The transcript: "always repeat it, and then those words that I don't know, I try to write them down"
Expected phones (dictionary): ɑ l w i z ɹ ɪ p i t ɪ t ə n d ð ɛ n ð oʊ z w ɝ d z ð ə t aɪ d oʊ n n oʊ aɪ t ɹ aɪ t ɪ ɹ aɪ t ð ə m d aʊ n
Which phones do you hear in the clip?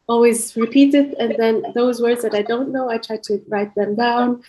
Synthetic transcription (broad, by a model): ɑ l w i z ɹ ɪ p i t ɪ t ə n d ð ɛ n ð oʊ z w ɝ d z ð ə t aɪ d oʊ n n oʊ aɪ t ɹ aɪ t ɪ ɹ aɪ t ð ə m d aʊ n